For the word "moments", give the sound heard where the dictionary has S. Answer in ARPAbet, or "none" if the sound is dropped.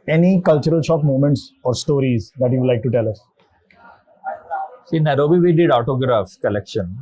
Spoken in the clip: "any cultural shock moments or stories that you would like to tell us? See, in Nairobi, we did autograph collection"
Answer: S